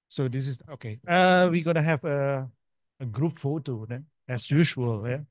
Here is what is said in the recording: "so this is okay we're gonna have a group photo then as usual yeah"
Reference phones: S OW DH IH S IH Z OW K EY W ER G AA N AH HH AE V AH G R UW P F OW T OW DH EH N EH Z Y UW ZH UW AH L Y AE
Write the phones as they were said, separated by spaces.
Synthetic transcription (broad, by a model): S OW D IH S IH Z OW K EY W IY G AA N AH HH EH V AH G R UW P F OW T OW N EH EH S Y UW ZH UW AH L Y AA